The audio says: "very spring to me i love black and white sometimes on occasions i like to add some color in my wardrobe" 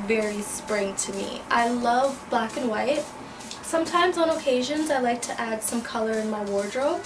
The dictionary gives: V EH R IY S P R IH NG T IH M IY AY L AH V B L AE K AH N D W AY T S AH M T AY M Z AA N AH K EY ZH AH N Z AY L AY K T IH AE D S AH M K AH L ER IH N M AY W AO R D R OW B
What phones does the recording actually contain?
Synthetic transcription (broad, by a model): V EH R IY S P R IH NG T IH M IY AY L AH V B L AE K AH N W AY T S AH M T AY M Z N AH K EY ZH AH N Z AY L AY K T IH AE D S AH M K AH L ER IH N M AY W AO R D R OW